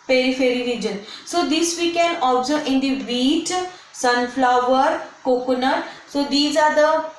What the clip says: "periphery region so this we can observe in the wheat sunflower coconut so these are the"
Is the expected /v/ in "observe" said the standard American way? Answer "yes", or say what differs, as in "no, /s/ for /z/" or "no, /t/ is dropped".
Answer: no, /v/ is dropped